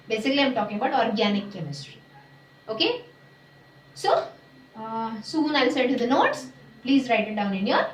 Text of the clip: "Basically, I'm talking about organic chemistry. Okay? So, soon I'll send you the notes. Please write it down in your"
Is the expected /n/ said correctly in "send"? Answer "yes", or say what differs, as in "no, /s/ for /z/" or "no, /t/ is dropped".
no, /n/ is dropped